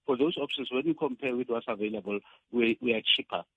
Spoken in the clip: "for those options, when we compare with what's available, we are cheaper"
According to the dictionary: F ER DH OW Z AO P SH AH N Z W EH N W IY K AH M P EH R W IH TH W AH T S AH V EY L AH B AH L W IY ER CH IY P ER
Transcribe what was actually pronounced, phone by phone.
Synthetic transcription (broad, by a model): F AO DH OW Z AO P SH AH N S W EH N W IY K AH M P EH W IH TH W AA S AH V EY L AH B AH L W IY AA CH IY P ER